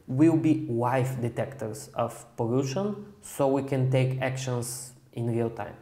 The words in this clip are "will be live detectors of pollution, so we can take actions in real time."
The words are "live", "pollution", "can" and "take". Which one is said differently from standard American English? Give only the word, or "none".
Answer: live